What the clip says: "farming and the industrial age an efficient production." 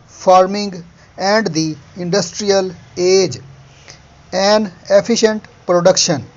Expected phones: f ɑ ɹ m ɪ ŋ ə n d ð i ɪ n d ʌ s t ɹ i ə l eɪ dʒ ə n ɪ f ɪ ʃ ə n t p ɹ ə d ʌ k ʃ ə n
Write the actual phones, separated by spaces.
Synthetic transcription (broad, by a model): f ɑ ɹ m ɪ ŋ ə n d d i ɪ n d ʌ s t ɹ i ə l eɪ dʒ ə n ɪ p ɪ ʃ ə n t p ɹ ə d ʌ k ʃ ə n